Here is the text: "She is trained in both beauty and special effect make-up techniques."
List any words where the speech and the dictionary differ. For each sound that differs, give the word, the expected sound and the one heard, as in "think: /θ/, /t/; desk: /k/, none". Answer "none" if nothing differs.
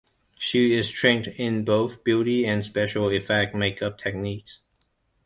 none